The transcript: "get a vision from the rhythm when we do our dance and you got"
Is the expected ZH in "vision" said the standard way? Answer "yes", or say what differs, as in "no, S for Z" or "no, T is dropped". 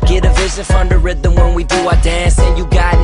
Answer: no, S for ZH